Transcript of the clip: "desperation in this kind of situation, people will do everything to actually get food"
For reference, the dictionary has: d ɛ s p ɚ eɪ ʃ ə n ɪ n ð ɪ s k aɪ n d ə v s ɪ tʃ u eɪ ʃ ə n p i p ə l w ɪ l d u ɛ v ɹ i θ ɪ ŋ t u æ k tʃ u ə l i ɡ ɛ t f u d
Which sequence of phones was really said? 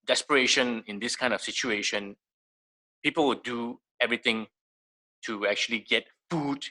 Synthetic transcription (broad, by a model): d ɛ s p ɚ eɪ ʃ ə n ɪ n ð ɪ s k aɪ n d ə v s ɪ tʃ u eɪ ʃ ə n p i p ə l w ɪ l d u ɛ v ɹ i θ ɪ ŋ t u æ k tʃ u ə l i ɡ ɛ t f u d